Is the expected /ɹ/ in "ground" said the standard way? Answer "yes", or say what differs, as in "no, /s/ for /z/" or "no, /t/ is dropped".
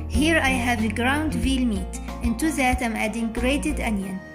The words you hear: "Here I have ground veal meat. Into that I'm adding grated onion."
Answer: yes